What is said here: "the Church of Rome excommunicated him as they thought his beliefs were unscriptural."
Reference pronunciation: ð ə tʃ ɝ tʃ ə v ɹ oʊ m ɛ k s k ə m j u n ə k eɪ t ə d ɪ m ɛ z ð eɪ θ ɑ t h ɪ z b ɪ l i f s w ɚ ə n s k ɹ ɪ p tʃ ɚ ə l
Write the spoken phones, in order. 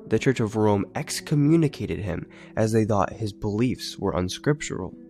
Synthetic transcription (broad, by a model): ð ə tʃ ɝ tʃ ə v ɹ oʊ m ɛ k s k ə m j u n ə k eɪ t ə d ɪ m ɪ z ð eɪ θ ɑ t h ɪ z b ɪ l i f s w ɚ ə n s k ɹ ɪ p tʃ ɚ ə l